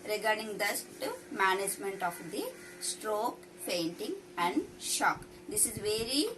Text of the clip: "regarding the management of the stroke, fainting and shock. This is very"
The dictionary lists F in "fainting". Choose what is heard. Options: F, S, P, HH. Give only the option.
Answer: P